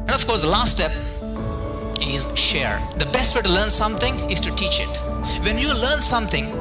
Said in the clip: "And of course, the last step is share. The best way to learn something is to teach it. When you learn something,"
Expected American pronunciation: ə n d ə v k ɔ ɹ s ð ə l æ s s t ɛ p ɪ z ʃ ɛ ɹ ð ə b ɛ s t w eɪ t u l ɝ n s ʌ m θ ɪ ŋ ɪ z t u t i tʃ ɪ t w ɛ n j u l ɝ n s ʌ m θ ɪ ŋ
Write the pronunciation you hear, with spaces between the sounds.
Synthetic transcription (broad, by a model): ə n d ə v k ɔ ɹ s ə l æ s s t ɛ p ɪ z ʃ ɛ ɹ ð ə b ɛ s t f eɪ t u l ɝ n s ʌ m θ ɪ ŋ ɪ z t u t i tʃ ɪ t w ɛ n j u l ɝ n s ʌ m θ ɪ ŋ